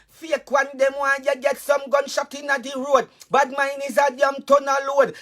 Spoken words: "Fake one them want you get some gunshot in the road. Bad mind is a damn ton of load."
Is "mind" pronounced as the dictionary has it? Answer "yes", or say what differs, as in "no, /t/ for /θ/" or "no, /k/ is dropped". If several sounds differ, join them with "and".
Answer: no, /d/ is dropped